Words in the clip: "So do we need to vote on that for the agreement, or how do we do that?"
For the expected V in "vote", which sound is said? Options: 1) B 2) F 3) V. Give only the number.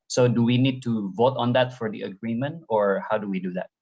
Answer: 3